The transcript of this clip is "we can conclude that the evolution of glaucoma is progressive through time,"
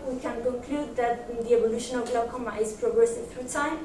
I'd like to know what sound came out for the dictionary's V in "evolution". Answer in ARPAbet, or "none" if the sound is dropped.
B